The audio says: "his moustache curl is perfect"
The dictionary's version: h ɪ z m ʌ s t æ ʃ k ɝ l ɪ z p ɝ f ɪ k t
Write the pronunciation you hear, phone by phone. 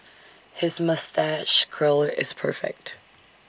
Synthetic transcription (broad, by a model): h ɪ z m ʌ s t æ ʃ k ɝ l ɪ z p ɝ f ɪ k t